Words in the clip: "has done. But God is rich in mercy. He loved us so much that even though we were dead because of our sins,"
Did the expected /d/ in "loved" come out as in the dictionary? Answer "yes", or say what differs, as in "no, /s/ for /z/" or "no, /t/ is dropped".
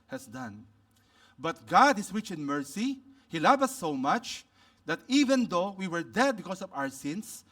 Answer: no, /d/ is dropped